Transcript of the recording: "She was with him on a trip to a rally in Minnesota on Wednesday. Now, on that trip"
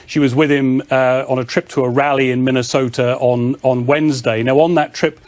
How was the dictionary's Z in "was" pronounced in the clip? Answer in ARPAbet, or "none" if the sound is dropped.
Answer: Z